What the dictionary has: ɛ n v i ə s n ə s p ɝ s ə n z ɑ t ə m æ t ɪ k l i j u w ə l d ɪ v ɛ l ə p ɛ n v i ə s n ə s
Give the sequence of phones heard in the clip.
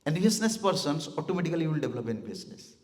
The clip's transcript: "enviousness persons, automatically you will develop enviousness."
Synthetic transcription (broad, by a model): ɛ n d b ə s n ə s p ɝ s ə n s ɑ t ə m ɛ t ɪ k i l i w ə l d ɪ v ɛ l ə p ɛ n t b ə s n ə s